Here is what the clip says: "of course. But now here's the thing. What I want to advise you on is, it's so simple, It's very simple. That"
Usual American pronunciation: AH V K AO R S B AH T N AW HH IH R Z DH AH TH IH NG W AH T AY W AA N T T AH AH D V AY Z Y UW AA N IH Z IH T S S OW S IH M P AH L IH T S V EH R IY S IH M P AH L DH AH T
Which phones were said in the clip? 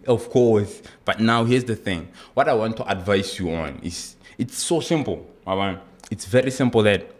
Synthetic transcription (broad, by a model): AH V K AO R S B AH T N AW HH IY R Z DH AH TH IH NG W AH T AY W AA N T T AH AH D V AY S Y UW AA N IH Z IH T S S OW S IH M P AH N IH T S V EH R IY S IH M P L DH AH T